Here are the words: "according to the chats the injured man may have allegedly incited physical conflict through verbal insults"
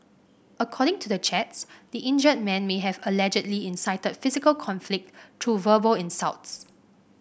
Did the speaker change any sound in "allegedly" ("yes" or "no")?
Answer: no